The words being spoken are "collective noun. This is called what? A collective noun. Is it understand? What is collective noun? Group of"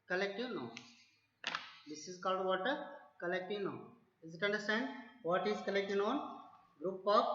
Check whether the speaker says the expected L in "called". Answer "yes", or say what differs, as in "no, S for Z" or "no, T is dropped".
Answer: yes